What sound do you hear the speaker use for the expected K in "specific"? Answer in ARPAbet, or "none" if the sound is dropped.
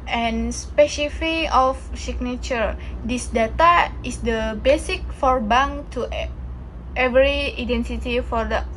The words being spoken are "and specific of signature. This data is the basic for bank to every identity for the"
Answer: none